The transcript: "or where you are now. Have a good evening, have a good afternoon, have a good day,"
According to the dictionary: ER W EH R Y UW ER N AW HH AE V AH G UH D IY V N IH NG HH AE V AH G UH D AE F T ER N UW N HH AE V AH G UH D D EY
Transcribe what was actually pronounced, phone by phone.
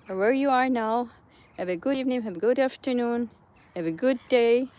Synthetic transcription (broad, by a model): W EH R Y UW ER N AW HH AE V AH G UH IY V N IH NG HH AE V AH G UH D AE F T ER N UW N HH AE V AH G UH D D EY